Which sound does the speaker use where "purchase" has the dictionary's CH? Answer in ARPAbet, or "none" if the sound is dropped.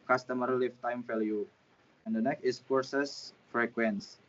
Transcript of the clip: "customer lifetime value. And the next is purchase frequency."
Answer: S